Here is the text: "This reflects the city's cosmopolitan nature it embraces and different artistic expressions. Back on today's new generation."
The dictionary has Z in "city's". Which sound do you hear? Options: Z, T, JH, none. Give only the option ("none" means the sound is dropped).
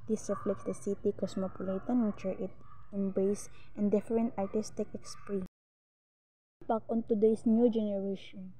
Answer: none